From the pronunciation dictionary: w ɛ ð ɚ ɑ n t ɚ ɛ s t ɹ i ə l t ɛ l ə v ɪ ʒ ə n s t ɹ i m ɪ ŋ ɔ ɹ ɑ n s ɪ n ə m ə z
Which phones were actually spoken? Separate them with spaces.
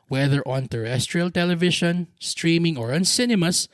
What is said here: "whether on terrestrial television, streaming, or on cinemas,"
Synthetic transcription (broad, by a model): w ɛ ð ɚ ɑ n t ɚ ɛ s t ɹ i ə l t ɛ l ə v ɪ ʃ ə n s t ɹ i m ɪ ŋ ɔ ɹ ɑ n s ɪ n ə m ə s